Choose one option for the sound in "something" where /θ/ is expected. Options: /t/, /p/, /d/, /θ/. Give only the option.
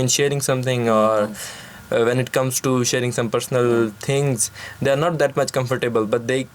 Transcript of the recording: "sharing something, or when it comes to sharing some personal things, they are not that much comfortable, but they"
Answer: /t/